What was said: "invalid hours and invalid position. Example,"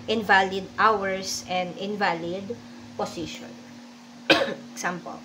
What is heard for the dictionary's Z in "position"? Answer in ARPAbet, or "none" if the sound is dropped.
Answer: S